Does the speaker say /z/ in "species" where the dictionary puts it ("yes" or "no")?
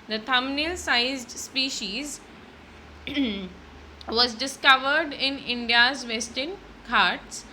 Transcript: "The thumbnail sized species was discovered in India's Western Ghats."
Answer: yes